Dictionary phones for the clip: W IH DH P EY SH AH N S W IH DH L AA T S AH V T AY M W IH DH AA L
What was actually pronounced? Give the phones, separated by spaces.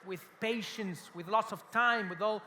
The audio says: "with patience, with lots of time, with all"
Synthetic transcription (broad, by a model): W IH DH P EY SH AH N S W IH DH L AA T S AH V T AY M W IH DH AA L